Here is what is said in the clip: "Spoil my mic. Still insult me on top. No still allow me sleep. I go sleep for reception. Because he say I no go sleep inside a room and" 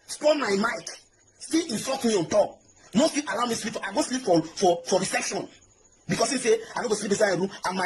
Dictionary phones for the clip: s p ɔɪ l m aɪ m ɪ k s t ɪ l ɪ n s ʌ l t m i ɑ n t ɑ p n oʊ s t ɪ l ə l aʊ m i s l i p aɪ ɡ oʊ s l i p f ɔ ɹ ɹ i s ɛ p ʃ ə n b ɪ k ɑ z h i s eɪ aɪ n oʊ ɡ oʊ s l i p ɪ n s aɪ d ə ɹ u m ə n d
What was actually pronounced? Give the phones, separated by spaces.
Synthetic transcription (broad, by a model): s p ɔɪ m aɪ m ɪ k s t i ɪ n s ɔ t m i ɑ n t ɑ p n oʊ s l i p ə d aʊ m i s l i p aɪ ɡ oʊ s l i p f ɔ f ɹ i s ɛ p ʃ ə n b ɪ k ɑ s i s eɪ aɪ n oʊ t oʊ s l i p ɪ s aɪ ə ɹ u m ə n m